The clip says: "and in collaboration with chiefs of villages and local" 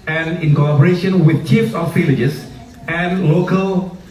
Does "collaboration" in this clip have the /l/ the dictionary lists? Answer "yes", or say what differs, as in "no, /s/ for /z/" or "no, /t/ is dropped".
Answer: no, /l/ is dropped